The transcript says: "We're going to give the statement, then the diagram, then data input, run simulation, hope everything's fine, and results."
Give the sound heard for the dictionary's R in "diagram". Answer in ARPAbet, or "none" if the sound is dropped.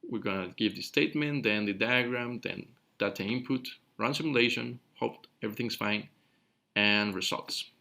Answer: R